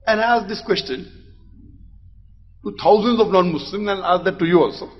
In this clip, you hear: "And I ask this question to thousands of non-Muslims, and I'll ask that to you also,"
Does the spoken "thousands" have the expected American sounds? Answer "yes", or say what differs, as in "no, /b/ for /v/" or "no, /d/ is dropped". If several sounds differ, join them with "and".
no, /t/ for /θ/